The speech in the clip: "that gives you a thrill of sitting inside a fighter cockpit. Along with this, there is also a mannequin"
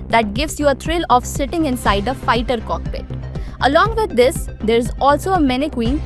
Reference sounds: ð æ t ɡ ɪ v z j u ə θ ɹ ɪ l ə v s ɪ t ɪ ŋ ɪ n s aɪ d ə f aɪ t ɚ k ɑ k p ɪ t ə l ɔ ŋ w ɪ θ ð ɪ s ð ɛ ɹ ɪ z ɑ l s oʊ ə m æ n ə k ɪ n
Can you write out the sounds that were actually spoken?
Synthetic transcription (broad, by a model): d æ t ɡ ɪ v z j u ə t ɹ ɪ l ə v s ɪ t ɪ ŋ ɪ n s aɪ d ə f aɪ t ɚ k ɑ k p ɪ t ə l ɔ ŋ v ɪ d ɪ s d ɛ ɹ ɪ z ɑ l s oʊ ə m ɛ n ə k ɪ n